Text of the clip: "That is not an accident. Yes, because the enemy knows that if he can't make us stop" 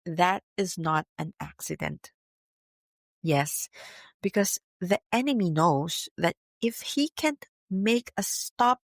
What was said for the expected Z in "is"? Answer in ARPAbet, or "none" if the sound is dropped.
Z